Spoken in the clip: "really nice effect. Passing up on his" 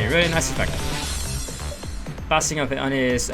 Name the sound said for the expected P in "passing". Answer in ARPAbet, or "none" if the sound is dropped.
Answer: B